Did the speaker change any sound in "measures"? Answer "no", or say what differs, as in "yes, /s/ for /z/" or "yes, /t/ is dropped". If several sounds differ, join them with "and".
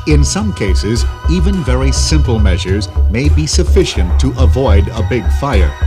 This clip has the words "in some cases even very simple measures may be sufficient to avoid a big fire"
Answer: no